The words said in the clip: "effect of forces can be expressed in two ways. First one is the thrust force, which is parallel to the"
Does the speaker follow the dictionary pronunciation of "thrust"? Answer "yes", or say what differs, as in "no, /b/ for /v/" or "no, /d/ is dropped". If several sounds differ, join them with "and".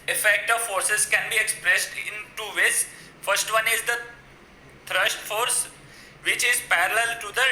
no, /t/ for /θ/ and /ʃ/ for /s/